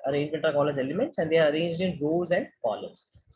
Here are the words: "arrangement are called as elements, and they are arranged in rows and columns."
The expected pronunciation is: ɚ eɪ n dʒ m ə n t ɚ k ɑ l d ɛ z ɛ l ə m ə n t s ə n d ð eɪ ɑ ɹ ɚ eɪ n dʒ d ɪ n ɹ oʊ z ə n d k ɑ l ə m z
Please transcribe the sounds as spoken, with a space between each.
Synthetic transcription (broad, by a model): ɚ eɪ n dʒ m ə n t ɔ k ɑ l ɛ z ɛ l ə m ə n t s ə n d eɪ ɑ ɹ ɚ eɪ n dʒ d ɪ n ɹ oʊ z ə n d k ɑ l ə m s